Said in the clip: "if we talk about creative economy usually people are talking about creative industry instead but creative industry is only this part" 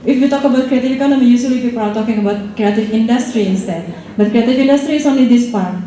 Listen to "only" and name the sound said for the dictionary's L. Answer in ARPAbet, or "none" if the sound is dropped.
none